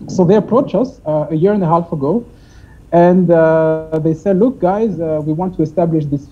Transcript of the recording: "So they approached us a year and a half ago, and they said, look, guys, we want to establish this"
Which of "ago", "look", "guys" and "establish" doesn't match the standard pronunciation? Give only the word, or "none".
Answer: none